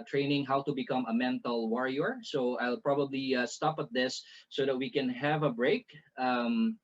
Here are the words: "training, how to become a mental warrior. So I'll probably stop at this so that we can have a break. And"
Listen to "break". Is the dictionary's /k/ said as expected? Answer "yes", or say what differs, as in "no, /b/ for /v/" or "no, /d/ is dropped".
no, /k/ is dropped